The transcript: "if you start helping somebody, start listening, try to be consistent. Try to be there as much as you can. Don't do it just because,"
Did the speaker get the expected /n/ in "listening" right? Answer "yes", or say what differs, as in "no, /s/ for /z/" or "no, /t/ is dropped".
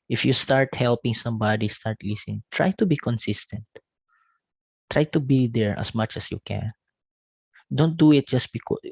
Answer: no, /n/ is dropped